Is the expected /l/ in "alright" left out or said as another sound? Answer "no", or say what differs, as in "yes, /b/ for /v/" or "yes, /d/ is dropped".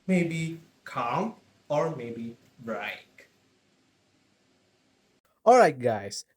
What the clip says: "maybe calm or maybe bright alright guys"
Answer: no